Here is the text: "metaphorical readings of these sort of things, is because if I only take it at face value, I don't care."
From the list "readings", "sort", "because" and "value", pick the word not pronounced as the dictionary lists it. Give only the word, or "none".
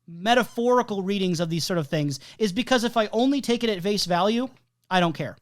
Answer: none